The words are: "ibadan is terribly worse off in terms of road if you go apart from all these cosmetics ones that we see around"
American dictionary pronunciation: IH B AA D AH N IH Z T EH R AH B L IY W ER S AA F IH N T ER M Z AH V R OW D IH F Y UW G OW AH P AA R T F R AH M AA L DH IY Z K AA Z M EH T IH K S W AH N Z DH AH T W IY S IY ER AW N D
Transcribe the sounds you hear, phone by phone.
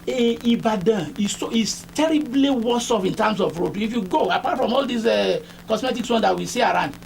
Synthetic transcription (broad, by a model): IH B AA D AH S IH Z T EH R AH B L IY W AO S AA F IH N T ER M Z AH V R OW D IH F Y UW G OW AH P AA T F R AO M AA L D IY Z K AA S M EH T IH K S W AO N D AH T W IY S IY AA AW N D